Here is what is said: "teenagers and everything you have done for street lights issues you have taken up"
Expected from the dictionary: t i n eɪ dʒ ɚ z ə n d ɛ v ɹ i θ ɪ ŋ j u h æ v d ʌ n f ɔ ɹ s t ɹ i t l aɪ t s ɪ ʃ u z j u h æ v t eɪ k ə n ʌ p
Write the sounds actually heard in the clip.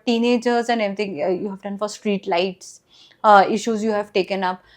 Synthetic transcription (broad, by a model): t i n eɪ dʒ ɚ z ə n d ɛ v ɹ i t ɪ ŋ j u h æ v d ʌ n f ɔ ɹ s t ɹ i t l aɪ t s ɪ ʃ u z j u h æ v t eɪ k ə n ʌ p